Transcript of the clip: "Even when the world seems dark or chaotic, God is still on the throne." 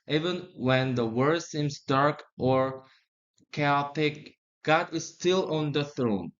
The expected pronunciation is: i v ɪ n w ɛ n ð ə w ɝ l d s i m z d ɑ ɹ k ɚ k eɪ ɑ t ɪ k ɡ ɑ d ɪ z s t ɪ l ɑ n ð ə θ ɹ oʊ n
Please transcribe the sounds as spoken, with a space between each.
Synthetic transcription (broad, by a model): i v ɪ n w ɛ n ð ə w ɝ d s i m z d ɑ ɹ k ɚ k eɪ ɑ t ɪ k ɡ ɑ d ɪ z s t ɪ l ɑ n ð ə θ ɹ oʊ n